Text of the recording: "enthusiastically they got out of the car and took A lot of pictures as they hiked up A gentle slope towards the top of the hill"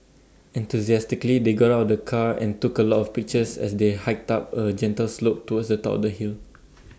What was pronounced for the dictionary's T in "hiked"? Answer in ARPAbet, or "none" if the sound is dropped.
T